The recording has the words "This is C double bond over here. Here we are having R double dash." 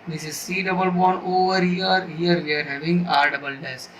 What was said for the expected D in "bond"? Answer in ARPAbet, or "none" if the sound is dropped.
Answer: none